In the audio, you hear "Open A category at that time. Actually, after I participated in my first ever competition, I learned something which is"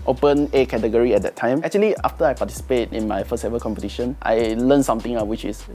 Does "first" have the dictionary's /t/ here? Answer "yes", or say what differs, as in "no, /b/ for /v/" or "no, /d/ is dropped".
no, /t/ is dropped